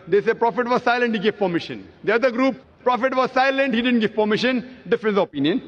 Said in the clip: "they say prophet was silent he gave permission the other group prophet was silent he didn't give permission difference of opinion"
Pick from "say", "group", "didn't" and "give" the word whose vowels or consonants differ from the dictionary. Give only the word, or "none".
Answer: none